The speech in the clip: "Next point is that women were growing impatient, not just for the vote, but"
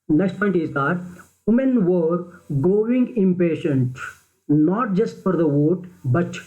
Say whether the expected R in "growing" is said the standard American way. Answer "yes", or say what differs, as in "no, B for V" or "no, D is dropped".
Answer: no, R is dropped